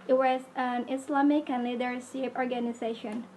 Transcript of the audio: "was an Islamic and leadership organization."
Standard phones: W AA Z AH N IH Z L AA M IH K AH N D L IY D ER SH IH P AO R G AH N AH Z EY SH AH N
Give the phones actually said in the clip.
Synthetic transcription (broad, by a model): W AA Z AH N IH S L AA M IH K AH N L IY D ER S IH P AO R G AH N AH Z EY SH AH N